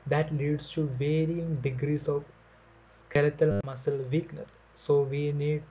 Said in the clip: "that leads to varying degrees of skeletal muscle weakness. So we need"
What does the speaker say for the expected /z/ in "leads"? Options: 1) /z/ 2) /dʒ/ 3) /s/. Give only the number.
3